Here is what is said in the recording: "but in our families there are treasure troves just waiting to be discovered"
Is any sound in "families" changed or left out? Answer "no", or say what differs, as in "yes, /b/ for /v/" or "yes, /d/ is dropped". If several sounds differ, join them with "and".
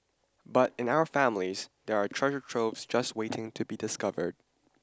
no